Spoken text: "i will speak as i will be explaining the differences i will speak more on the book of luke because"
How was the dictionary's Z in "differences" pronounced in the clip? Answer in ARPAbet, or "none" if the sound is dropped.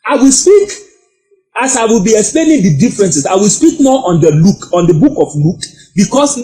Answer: S